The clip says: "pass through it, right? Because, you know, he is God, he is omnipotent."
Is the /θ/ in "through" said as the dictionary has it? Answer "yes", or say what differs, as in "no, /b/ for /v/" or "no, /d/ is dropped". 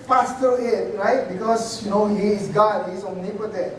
no, /t/ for /θ/